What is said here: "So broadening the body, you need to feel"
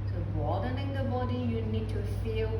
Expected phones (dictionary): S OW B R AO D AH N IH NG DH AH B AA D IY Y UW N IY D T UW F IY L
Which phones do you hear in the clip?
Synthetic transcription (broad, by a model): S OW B AO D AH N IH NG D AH B AA D IY Y UW N IY D T UW F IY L